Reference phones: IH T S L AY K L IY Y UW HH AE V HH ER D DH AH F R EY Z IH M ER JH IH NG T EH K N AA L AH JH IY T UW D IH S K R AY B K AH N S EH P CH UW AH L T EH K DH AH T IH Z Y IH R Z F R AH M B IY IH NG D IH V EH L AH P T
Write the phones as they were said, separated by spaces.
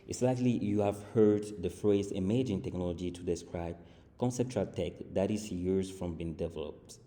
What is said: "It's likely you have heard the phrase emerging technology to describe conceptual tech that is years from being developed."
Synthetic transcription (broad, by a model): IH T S L AY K L IY Y UW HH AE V HH ER D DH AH F R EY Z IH M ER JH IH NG T EH K N AA L AH JH IY T UW D IH S K R AY B K AH N S EH P CH UW AH L T EH K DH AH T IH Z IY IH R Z F R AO M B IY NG D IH V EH L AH P T